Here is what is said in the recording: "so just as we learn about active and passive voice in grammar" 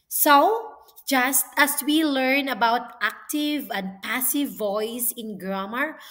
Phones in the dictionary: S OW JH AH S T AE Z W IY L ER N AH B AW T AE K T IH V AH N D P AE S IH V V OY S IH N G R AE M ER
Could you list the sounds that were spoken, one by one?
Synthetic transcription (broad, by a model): S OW JH AH S T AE S W IY L ER N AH B AW T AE K T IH V AH N D P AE S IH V V OY S IH N G R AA M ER